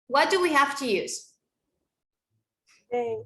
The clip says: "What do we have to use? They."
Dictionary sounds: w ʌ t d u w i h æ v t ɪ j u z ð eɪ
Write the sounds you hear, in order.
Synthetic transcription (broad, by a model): w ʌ t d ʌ w i h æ f t ɪ j u z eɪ